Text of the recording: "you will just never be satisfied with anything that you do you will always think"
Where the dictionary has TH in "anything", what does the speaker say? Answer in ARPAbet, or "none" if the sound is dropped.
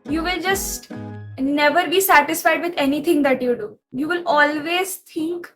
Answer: T